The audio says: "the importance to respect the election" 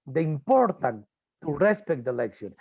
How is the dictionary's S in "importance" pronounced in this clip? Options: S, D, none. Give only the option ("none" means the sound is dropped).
none